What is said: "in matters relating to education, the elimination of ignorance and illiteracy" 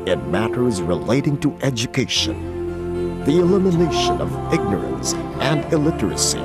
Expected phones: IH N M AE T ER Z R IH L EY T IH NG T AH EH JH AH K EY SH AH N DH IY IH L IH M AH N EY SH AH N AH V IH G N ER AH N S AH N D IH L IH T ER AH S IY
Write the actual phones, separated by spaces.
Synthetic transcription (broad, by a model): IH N M AE T ER Z R IH L EY T IH NG T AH EH JH AH K EY SH AH N DH IY IH L IH M AH N EY SH AH N AH V IH G N ER AH N S AH N D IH L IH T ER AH S IY